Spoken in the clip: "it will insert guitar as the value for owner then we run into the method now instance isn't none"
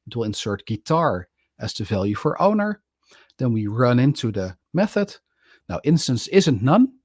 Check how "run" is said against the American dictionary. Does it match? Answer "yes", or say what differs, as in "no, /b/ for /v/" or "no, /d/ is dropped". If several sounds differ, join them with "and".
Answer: yes